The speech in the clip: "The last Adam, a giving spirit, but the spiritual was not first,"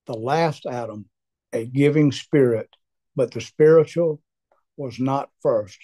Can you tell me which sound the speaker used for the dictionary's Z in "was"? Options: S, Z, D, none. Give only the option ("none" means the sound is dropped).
Z